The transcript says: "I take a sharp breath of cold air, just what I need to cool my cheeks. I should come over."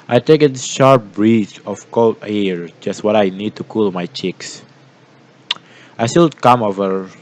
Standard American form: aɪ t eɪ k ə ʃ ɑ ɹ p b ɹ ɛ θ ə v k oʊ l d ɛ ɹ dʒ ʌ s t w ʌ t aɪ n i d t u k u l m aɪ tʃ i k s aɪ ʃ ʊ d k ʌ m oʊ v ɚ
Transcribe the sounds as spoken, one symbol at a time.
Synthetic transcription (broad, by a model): aɪ t eɪ k ə ʃ ɑ ɹ p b ɹ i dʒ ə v k oʊ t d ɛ ɹ dʒ ʌ s t w ʌ t aɪ n i d t u k u l m aɪ tʃ i k s aɪ s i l k ʌ m oʊ v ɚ